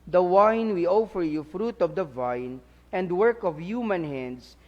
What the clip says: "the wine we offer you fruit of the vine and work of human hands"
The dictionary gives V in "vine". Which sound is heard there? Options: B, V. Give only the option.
V